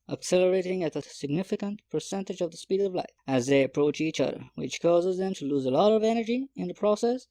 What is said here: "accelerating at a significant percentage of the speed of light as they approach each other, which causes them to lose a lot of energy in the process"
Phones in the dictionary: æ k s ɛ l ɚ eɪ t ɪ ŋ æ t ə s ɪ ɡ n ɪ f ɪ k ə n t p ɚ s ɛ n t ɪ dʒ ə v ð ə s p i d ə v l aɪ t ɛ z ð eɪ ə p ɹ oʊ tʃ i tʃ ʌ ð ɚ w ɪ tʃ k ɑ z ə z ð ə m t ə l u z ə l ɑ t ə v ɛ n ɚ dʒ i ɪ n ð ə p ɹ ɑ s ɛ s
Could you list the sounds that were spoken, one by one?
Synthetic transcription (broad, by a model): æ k s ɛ l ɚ eɪ t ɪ ŋ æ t ə s ɪ ɡ n ɪ f ɪ k ə n t p ɚ s ɛ n t ɪ dʒ ə v ð ə s p i d ə v l aɪ ɪ z ð eɪ ə p ɹ oʊ tʃ i tʃ ʌ ð ɚ w ɪ tʃ k ɑ z ə z ð ə m t ə l u z ə l ɑ t ə v ɛ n ɚ dʒ i ɪ n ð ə p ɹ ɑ s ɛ s